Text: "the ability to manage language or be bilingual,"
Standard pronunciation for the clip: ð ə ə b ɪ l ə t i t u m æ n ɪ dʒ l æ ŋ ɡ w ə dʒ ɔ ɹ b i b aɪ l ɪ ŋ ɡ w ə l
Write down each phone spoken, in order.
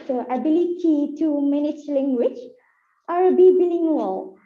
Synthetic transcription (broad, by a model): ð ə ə b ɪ l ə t i t u m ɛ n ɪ tʃ l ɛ ŋ ɡ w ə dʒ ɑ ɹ b i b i l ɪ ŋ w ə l